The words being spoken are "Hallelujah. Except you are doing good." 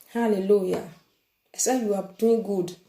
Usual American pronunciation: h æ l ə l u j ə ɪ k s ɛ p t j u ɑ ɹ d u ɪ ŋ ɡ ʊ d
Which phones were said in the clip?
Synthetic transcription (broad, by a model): h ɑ l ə l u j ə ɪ s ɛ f j u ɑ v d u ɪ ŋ ɡ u d